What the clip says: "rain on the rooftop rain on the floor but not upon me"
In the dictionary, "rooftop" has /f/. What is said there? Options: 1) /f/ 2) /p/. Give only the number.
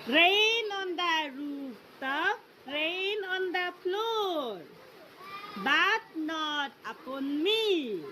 2